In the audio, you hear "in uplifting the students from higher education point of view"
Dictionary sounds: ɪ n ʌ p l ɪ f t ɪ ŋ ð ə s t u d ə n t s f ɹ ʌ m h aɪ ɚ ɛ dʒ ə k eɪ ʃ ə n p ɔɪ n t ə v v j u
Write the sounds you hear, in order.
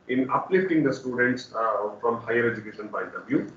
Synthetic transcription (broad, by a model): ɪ n ʌ p l ɪ f t ɪ ŋ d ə s t u d ə n t s f ɹ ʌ m h aɪ ɚ ɛ dʒ ə k eɪ ʃ ə n b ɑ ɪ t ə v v j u